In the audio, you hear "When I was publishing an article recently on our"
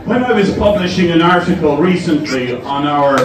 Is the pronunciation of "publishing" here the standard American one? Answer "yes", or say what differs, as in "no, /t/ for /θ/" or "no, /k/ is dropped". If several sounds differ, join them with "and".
yes